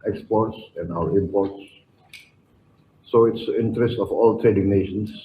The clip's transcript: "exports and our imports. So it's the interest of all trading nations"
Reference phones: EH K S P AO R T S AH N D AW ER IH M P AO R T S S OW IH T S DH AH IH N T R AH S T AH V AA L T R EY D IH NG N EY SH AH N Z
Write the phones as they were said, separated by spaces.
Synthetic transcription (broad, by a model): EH K S P AO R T S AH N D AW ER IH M P AO R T S S OW IH T S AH IH N T R AH S T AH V AA L T R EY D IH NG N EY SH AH N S